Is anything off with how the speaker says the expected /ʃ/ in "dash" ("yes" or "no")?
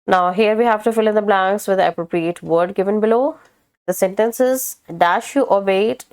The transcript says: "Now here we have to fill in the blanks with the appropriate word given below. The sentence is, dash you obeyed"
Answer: no